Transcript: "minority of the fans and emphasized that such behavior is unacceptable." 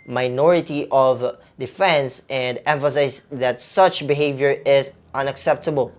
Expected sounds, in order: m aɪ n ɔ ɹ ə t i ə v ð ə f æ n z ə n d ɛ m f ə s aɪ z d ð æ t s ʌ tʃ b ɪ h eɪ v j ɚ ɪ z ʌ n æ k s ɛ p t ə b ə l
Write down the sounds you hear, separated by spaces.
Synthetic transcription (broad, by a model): m aɪ n ɔ ɹ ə t i ə v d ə f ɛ n s ə n d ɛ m f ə s aɪ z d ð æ t s ʌ tʃ b ɪ h eɪ v j ɚ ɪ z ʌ n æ k s ɛ p t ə b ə l